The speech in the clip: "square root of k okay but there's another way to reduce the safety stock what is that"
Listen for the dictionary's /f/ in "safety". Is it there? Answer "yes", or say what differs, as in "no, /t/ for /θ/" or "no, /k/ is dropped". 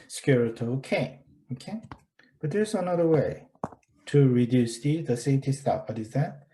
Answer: no, /f/ is dropped